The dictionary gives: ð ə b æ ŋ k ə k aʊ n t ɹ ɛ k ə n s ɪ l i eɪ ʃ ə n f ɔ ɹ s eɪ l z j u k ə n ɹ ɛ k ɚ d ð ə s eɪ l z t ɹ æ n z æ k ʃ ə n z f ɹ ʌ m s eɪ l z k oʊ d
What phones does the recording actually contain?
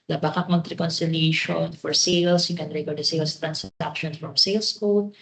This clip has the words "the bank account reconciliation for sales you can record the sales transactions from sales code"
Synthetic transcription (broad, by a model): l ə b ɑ k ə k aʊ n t ɹ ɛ k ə n s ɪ l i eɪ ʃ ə n f ɔ ɹ s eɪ l s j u k ə n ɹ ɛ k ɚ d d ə s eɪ l s t ɹ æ n s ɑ k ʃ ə n f ɹ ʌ m s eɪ l s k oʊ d